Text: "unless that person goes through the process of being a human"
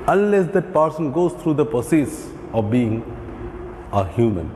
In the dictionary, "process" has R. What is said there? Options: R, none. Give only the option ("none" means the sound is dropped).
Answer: none